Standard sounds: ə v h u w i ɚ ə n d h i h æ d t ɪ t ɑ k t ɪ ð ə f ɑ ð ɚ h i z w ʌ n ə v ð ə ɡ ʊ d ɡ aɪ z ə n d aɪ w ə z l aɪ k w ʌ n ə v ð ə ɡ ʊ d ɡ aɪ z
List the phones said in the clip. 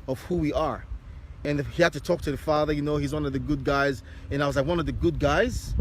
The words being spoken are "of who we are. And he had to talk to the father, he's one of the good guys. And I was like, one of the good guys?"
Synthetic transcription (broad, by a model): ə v h u w i ɚ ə n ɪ h i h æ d t ɪ t ɑ k t ɪ ð ə f ɑ ð ɚ h i z w ʌ n ə v ð ə ɡ ʊ d ɡ aɪ z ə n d aɪ w ə z l aɪ k w ʌ n ə v ð ə ɡ ʊ d ɡ aɪ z